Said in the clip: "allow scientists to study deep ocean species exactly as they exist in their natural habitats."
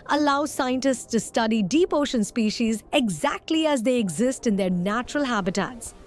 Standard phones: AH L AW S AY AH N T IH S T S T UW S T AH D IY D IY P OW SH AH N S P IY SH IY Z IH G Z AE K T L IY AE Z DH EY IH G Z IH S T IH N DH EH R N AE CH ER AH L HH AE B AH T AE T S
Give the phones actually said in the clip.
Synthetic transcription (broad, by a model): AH L AW S AY AH N T IH S T S T UW S T AH D IY D IY P OW SH AH N S P IY SH IY Z IH G Z AE K T L IY AE Z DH EY IH G Z IH S T IH N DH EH R N AE CH ER AH L HH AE B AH T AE T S